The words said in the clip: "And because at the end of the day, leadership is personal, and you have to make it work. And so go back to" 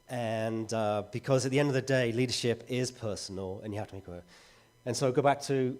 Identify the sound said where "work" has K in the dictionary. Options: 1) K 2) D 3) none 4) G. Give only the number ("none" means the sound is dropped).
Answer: 3